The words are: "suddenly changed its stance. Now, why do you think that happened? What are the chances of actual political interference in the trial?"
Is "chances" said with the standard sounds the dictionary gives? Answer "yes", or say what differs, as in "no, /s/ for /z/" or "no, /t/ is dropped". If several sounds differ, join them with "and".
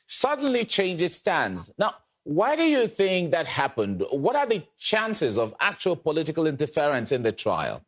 yes